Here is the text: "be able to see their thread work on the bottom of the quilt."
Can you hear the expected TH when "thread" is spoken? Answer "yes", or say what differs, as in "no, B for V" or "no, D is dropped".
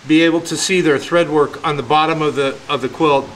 yes